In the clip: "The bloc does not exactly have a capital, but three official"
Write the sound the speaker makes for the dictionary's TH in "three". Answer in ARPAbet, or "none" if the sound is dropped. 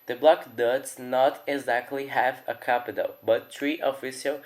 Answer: T